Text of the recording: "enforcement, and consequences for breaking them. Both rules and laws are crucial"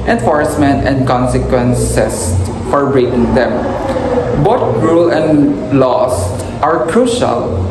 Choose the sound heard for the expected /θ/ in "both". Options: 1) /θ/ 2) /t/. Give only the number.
2